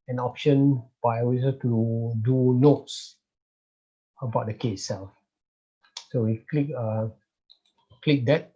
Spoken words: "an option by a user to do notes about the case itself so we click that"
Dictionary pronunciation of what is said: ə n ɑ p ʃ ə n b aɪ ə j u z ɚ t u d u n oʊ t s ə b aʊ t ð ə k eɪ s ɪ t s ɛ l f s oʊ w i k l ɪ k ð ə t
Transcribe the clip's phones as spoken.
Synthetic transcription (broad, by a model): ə n ɑ p ʃ ə n b aɪ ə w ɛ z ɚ t u d u n oʊ t s ə b aʊ t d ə k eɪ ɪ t s ɛ l f s oʊ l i k l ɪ k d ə t